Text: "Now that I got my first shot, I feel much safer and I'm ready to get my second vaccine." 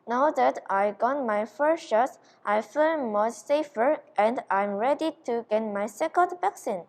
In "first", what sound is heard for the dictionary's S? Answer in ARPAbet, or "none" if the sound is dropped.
SH